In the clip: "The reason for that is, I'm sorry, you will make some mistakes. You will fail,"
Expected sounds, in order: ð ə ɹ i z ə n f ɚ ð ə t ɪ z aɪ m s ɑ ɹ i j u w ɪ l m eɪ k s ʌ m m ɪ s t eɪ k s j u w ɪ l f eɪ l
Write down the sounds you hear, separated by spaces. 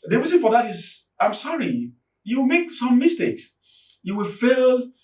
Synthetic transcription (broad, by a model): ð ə ɹ i z ə n f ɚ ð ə t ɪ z aɪ m s ɑ ɹ i j u w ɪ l m eɪ k s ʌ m m ɪ s t eɪ k s j u w ɪ l f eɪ l